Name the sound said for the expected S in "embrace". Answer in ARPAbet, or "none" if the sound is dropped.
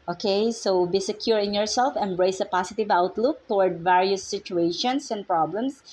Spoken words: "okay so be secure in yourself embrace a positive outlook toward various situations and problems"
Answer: S